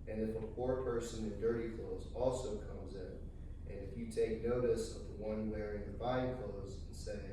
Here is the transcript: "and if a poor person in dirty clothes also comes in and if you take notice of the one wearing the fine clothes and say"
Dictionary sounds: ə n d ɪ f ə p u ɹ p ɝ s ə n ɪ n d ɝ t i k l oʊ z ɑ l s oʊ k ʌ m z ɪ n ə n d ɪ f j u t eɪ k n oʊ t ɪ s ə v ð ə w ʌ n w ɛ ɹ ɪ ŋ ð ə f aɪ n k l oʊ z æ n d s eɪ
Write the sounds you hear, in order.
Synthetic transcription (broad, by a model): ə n ɪ f ə p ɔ ɹ p ɝ s ə n ɪ n d ɝ t i k l oʊ z ɑ l s oʊ k ʌ m z ɪ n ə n ɪ f j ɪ t eɪ k n oʊ t ɪ s ə v ð ə w ʌ n w ɛ ɹ ɪ ŋ ð ə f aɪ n k l oʊ z n s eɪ